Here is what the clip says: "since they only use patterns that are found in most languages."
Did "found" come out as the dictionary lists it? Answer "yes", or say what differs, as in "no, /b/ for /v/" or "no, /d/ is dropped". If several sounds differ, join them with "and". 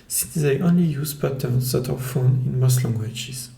no, /d/ is dropped